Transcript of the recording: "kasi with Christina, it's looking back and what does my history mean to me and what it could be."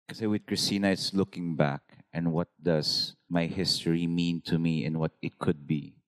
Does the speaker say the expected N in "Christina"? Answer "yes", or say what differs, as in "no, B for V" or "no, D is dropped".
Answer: yes